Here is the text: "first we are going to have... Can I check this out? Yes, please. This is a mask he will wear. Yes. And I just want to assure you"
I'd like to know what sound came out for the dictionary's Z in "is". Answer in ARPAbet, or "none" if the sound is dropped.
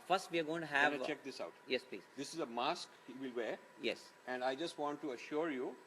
Z